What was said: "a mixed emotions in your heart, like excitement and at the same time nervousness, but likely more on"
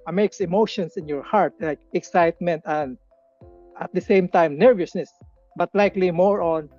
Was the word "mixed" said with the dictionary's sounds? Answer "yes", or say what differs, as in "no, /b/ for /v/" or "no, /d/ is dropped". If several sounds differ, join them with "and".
no, /t/ is dropped